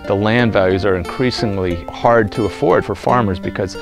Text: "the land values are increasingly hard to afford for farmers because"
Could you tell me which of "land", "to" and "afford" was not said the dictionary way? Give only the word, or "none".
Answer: none